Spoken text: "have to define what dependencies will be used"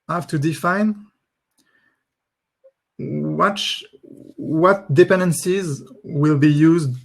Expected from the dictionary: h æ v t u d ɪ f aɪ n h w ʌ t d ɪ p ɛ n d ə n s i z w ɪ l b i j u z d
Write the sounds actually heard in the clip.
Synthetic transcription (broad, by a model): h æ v t u d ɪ f aɪ n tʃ w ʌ t d ɪ p ɛ n d ə n s i z w ɪ l b i j u z d